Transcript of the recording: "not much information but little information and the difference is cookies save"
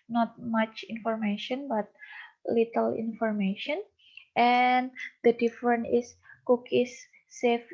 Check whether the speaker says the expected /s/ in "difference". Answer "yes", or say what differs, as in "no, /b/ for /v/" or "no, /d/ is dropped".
no, /s/ is dropped